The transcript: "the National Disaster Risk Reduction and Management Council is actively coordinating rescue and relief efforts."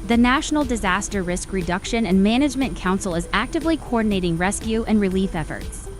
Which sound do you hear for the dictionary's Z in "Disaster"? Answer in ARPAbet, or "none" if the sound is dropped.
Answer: Z